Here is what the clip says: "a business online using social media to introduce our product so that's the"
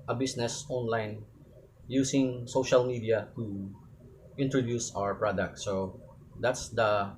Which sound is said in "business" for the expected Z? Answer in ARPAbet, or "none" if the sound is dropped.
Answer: S